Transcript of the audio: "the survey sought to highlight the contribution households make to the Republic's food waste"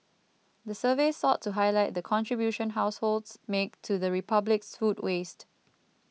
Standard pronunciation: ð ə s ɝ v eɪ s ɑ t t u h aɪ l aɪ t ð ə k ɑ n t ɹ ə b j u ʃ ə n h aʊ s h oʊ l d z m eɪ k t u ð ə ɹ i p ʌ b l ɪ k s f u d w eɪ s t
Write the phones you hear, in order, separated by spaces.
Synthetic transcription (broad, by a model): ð ə s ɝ v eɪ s ɑ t t u h aɪ l aɪ t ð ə k ɑ n t ɹ ə b j u ʃ ə n h aʊ s h oʊ l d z m eɪ k t u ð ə ɹ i p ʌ b l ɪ k s f u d w eɪ s t